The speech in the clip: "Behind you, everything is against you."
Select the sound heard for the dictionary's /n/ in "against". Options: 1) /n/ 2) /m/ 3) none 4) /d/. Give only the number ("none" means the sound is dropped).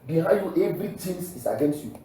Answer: 1